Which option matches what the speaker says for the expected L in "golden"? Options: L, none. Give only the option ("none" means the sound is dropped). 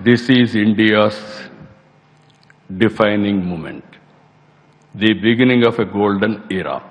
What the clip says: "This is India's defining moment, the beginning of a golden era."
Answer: L